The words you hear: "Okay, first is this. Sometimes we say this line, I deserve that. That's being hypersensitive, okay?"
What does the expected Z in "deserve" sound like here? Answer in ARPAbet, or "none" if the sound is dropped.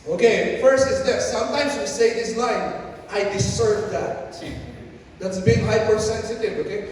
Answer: S